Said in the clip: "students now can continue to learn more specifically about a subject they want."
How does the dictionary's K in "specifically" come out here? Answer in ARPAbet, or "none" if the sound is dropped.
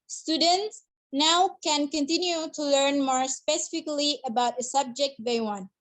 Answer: K